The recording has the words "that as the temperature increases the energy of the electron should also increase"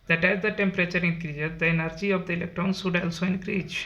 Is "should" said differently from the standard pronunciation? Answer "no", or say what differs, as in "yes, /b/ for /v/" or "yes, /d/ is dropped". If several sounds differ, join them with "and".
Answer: yes, /s/ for /ʃ/